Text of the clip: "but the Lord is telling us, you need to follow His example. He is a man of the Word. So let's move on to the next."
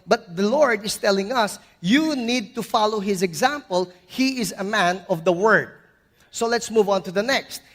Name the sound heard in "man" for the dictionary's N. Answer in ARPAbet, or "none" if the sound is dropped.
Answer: N